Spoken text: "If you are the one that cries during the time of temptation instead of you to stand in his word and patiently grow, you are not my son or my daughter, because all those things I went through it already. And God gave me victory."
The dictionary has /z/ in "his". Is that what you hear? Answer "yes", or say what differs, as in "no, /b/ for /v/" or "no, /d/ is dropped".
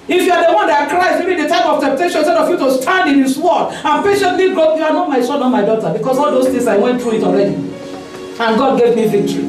no, /s/ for /z/